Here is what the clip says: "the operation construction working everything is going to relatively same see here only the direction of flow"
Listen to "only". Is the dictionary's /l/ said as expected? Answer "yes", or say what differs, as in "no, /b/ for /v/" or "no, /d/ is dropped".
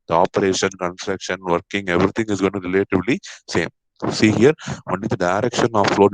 no, /l/ is dropped